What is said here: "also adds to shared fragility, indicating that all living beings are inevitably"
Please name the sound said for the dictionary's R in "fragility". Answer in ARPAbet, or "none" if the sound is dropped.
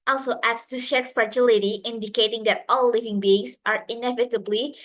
R